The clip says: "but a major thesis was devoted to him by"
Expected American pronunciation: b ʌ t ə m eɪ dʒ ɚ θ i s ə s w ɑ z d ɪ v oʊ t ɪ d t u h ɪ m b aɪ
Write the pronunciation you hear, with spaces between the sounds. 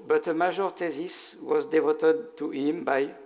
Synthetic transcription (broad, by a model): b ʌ t ə m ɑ ʒ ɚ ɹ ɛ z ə s w ɑ z d ɪ v oʊ t ɪ d t u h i m b aɪ